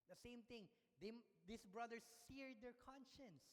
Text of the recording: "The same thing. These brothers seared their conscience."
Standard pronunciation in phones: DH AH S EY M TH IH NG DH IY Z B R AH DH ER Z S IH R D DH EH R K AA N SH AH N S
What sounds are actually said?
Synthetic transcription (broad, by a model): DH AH S EY M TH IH NG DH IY S B R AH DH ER S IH R D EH R K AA N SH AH N S